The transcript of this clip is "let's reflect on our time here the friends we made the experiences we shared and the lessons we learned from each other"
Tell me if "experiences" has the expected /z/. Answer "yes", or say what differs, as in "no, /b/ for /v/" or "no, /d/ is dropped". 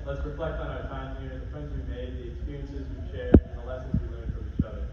yes